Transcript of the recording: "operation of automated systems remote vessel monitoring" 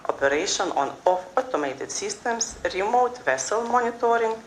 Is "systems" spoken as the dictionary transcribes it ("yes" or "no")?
no